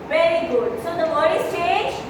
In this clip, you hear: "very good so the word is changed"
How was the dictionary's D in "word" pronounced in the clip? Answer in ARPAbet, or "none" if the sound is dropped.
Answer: none